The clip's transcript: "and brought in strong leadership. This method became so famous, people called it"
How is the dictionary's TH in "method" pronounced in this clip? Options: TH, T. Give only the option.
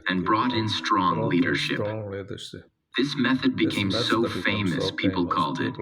TH